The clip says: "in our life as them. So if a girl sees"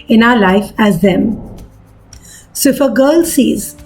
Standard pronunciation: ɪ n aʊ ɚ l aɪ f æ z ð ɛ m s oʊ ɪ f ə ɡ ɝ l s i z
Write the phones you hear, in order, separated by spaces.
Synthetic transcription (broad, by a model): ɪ n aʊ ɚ l aɪ f æ z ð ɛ m s ɪ f ə ɡ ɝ l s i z